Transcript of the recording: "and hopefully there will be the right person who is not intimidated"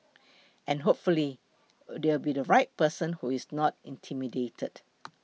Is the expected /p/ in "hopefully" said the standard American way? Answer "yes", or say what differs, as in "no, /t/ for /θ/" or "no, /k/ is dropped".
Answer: yes